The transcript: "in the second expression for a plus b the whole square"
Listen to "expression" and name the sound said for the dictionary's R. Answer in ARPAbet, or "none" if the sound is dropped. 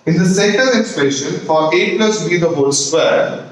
none